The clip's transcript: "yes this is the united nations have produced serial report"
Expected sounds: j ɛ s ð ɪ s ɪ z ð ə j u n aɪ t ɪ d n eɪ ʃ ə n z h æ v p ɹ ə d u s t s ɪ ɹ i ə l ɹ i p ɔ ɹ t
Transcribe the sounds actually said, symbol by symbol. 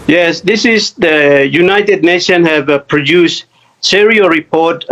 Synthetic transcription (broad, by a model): j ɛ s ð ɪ s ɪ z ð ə j u n aɪ t ɪ d n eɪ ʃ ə n h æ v p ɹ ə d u s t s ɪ ɹ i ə ɹ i p ɔ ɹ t